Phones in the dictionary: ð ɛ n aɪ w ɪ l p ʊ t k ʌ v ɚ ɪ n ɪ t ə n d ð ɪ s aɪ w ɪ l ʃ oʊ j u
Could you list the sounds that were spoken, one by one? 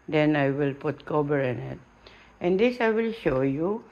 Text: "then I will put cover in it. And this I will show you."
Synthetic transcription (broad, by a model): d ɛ n aɪ w ɪ l p ʊ t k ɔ b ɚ ɪ n ɪ t ə n d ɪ s aɪ w ɪ l ʃ oʊ j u